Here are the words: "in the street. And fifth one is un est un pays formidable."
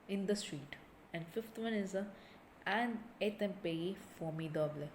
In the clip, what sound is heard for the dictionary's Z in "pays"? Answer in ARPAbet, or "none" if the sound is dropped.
none